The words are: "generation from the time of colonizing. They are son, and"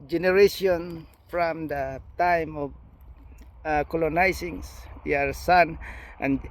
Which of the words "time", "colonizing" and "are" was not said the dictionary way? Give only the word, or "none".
colonizing